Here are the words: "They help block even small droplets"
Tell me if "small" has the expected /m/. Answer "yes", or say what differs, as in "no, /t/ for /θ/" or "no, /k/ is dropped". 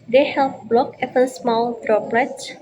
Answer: yes